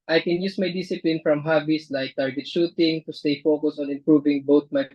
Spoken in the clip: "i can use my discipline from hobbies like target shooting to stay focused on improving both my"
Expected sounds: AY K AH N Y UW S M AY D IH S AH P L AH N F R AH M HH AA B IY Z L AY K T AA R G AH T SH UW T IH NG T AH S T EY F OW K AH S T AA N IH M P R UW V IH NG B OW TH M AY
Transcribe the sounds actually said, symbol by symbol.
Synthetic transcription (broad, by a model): AY K AH N Y UW S M AY D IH S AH P L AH N F R AH M HH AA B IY S L AY K T AA R G AH T SH UW T IH NG T AH S T EY F OW K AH S AA N IH M P R UW V IH NG B OW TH M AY